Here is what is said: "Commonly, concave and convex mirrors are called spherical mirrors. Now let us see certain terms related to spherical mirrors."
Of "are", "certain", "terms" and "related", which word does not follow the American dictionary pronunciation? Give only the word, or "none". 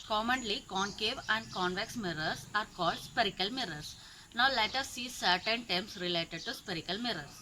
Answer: terms